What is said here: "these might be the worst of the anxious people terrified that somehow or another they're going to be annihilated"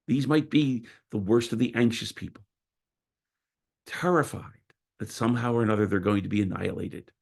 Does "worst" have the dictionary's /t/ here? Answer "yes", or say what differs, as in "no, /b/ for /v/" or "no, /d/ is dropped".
yes